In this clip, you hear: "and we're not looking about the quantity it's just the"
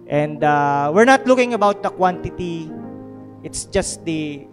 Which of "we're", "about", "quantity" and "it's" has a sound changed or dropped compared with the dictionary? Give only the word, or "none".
none